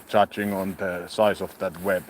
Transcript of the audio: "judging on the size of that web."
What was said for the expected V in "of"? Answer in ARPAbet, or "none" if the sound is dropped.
F